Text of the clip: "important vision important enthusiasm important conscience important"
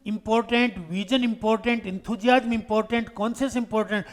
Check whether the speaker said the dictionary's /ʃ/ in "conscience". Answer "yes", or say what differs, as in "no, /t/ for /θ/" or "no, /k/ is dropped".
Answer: no, /s/ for /ʃ/